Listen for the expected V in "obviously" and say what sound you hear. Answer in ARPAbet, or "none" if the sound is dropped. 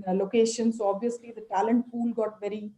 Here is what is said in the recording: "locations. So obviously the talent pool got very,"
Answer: V